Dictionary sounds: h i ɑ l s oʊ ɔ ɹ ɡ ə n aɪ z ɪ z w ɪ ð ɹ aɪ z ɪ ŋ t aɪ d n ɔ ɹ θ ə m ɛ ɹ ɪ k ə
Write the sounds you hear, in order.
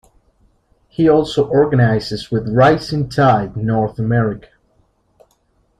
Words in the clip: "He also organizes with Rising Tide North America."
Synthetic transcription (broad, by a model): h i ɑ l s oʊ ɔ ɹ ɡ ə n aɪ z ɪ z w ɪ ð ɹ aɪ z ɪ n t aɪ d n ɔ ɹ θ ə m ɛ ɹ ɪ k ə